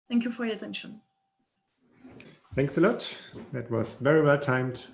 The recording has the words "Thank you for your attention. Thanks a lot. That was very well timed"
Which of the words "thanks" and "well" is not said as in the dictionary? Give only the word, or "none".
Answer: none